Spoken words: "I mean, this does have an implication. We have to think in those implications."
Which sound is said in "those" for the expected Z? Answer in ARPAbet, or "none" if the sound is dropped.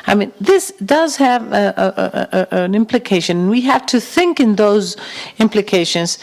Z